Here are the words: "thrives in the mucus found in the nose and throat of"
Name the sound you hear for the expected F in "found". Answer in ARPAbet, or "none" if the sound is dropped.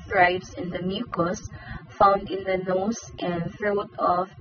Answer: F